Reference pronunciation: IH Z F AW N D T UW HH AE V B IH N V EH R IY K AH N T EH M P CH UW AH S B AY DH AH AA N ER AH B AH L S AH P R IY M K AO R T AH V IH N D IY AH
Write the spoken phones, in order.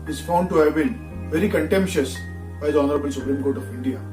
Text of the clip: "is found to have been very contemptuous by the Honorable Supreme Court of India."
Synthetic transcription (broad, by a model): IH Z F AW N D T UW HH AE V B IH N V EH R IY K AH N T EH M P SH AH S B AY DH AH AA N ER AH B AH N S AH P R IY M K AO R T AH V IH N D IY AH